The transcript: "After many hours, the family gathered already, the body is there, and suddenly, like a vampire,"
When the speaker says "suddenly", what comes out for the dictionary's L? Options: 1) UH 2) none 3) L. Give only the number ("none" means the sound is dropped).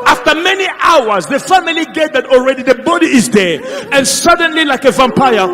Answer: 3